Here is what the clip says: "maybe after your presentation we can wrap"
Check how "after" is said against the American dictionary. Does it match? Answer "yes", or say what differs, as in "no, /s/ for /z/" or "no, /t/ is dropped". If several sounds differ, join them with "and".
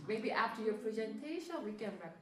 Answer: yes